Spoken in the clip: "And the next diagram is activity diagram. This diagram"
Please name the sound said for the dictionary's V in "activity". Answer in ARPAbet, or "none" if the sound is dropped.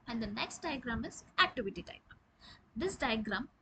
V